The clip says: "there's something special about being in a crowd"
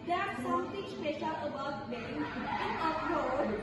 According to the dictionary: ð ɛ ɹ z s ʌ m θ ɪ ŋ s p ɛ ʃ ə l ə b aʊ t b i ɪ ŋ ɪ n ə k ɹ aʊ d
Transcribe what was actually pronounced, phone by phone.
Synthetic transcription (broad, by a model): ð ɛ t s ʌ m t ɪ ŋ s p ɛ ʃ ə l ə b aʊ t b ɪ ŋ ɪ n ə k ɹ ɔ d